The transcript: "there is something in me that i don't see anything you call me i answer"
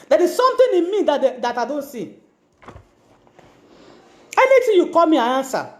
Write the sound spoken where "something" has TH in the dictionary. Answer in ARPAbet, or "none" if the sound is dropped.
T